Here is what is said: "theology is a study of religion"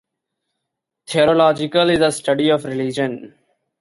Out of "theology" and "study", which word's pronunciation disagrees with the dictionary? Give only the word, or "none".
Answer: theology